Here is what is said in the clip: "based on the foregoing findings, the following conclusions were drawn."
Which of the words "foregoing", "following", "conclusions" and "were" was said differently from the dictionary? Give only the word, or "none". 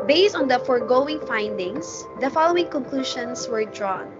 conclusions